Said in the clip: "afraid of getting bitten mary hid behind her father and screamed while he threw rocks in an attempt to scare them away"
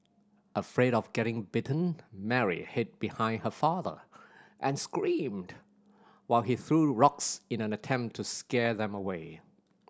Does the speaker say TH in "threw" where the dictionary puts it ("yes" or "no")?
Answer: yes